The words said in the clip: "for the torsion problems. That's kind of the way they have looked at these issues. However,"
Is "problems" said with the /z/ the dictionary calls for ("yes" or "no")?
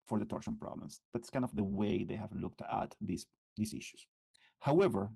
no